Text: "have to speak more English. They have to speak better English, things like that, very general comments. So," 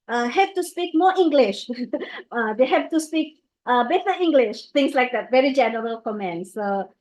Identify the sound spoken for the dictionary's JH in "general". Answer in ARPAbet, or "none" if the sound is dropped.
JH